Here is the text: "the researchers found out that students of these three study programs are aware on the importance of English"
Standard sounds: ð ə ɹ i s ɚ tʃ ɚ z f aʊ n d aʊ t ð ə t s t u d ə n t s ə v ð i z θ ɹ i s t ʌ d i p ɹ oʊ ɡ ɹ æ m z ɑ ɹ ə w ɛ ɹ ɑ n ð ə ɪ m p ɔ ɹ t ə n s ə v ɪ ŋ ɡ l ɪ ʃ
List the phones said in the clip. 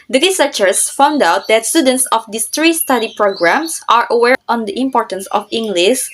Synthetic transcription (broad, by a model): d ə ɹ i s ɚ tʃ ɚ s f aʊ n d aʊ t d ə t s t u d ə n t s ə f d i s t ɹ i s t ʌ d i p ɹ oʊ ɡ ɹ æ m s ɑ ɹ ə w ɛ ɹ ɑ n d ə ɪ m p ɔ ɹ t ə n s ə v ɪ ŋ ɡ l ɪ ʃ